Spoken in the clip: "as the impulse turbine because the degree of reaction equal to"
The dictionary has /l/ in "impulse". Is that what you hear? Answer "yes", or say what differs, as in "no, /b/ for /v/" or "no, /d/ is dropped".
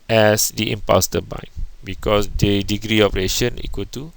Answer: no, /l/ is dropped